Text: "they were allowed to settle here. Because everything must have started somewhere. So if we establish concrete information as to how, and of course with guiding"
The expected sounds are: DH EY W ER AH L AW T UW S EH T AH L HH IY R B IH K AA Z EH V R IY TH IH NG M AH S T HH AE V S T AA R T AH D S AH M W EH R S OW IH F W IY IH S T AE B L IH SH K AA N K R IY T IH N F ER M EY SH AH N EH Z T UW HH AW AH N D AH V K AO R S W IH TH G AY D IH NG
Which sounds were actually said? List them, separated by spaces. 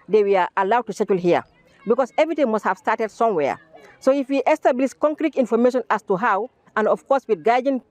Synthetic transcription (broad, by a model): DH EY W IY AH L AW T UW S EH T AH L HH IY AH B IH K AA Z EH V R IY T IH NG M AH S T HH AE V S T AA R T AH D S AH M W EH S OW IH F W IY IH S T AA B L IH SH K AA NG K R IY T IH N F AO M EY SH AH N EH S T UW HH AW AH N D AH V K AO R S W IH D G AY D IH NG